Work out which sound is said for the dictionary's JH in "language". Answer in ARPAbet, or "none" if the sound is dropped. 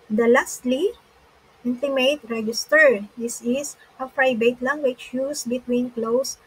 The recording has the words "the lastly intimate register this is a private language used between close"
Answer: CH